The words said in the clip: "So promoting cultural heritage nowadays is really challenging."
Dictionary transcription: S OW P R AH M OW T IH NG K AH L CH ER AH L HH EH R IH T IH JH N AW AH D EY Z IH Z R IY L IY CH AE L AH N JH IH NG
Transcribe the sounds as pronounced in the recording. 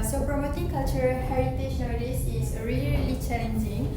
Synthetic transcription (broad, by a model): S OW P R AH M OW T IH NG K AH L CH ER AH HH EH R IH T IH SH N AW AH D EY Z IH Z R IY L IY CH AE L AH N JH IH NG